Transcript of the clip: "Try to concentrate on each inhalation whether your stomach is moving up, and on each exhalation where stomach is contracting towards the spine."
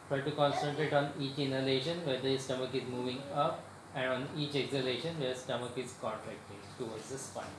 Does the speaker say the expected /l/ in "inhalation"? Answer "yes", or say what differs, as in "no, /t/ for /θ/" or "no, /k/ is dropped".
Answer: yes